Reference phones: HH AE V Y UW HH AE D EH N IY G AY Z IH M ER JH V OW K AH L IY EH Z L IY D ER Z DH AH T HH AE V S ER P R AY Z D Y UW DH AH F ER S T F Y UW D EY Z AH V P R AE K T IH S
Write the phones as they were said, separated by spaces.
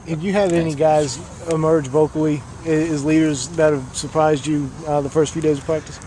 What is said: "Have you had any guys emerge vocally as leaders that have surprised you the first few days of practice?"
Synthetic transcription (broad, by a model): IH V Y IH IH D EH N IY G AY Z IH M ER JH V OW K L IY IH Z L IY D ER Z DH AH T HH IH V S ER P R AY Z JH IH DH AH F ER S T F Y UW D EY Z AH V P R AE K T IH S